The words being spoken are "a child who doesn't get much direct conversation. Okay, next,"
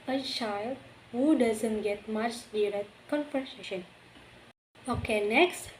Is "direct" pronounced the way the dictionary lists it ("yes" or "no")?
no